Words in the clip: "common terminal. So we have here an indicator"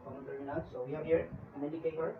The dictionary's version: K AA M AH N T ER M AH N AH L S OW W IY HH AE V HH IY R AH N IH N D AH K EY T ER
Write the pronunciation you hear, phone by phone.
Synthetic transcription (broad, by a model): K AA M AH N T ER AH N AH S OW W IY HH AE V HH IY R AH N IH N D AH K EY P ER